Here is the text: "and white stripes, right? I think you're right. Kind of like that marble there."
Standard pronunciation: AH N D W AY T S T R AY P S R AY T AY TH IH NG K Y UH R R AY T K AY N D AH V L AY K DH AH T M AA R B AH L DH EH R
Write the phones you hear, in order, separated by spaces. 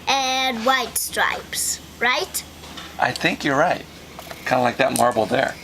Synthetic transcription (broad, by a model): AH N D W AY T S T R AY P S R AY T AY TH IH NG K Y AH R R AY T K AY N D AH L AY K DH AH T M AA R B L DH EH R